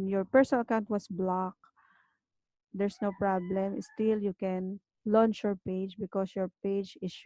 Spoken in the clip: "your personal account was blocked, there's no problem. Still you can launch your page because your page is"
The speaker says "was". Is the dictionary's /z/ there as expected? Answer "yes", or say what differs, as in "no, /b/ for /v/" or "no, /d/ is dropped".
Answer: no, /s/ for /z/